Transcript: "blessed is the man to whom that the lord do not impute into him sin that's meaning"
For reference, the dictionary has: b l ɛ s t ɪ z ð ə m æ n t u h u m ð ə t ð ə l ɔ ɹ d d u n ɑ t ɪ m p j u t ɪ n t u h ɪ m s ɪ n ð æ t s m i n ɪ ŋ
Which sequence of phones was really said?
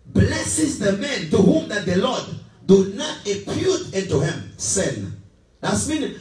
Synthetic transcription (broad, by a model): b l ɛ s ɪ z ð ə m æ n t u h u m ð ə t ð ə l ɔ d d u n ɑ t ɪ p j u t ɪ n t u h ɪ m s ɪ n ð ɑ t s m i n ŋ